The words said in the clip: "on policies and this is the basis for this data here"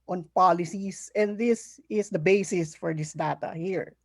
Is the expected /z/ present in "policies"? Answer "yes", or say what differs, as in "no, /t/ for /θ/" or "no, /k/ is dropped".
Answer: no, /s/ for /z/